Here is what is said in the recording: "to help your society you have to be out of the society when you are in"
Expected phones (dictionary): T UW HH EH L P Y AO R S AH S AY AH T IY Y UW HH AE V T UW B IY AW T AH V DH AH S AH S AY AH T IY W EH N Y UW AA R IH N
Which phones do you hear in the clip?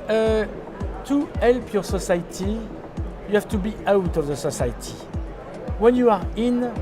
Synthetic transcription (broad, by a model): T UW HH EH L P Y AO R S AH S AY T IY Y UW HH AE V T UW B IY AW T AH V DH AH S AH S AY T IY W EH N Y UW AA R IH N